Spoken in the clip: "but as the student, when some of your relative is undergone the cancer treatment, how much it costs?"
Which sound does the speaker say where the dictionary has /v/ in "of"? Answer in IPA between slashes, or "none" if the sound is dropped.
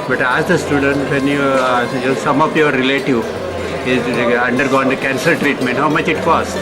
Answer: /p/